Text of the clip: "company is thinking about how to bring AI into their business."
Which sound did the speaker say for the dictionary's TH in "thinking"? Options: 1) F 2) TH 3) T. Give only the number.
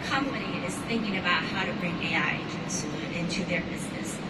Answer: 2